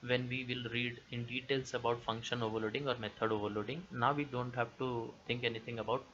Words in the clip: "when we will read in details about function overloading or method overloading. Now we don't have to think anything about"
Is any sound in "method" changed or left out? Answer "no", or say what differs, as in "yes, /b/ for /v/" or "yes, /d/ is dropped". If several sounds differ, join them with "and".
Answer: yes, /t/ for /θ/